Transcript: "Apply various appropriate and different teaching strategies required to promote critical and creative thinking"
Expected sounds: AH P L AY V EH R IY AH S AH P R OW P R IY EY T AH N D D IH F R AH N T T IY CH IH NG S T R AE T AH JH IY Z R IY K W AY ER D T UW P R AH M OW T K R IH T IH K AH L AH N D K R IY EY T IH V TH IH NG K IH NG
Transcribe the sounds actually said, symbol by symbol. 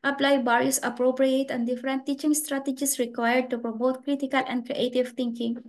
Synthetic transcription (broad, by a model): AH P L AY B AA R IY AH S AH P R OW P R IY EY T AH N D D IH F R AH N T T IY CH IH NG S T R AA T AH JH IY S R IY K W AY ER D T UW P R AH M OW T K R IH T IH K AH L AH N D K R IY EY T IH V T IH NG K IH NG